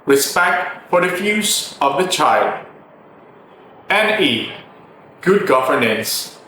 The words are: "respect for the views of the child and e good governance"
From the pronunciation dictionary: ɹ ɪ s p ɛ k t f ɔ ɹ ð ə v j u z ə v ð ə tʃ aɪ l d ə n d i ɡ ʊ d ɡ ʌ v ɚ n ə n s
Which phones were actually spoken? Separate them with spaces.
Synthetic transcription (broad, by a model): ɹ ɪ s p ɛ k t f ɔ ɹ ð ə f j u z ə v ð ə tʃ aɪ l d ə n i ɡ ʊ d ɡ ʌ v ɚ n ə n s